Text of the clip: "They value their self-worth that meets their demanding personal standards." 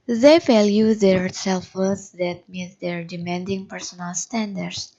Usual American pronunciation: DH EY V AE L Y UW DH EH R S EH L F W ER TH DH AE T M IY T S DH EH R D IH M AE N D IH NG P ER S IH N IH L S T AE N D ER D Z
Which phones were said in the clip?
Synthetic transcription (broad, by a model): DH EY F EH L Y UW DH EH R S EH L F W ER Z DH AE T M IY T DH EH R D IH M AE N D IH NG P ER S IH N IH L S T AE N D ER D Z